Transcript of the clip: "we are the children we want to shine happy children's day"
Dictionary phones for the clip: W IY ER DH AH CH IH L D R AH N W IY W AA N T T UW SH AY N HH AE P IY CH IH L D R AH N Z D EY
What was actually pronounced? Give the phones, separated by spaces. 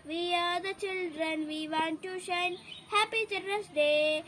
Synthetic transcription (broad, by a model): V IY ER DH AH CH IH L D R AH N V IY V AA N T T UW SH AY N HH AE P IY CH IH D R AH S D EY